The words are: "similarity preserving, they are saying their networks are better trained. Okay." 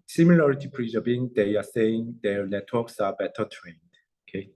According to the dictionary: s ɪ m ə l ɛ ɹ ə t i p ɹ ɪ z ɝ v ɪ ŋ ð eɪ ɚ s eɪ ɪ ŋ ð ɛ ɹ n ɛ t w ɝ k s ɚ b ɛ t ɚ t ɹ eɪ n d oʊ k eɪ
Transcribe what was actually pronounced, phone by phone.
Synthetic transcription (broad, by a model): s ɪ m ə l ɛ ɹ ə t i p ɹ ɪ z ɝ b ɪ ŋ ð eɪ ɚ s eɪ ɪ ŋ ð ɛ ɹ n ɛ t w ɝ k s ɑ b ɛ t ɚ t ɹ eɪ n d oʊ k eɪ